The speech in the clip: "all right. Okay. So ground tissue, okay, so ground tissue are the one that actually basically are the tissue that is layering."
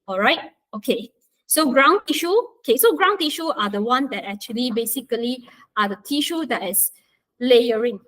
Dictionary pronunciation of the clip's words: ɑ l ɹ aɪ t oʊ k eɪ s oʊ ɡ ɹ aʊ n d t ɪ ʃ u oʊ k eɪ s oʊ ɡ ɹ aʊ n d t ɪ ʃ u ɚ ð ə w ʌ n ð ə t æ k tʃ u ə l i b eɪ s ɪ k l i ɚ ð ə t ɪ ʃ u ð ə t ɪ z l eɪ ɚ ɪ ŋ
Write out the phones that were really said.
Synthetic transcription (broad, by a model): ɑ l ɹ aɪ t oʊ k eɪ s oʊ ɡ ɹ aʊ n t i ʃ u oʊ k eɪ s oʊ ɡ ɹ aʊ n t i ʃ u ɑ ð ə w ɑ n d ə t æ k tʃ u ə l i b eɪ s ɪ k l i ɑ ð ə t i ʃ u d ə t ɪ s l eɪ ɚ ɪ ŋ